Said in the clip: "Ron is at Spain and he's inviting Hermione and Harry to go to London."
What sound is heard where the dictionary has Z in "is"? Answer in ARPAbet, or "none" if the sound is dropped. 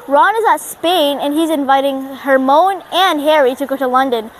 Z